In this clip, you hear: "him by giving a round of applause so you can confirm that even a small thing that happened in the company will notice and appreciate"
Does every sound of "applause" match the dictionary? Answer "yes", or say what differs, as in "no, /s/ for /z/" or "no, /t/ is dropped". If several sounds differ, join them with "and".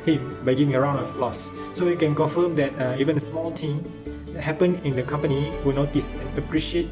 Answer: no, /f/ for /p/